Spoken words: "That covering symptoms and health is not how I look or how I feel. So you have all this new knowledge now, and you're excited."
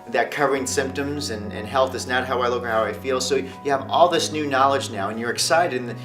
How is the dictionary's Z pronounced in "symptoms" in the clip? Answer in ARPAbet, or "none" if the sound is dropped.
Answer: Z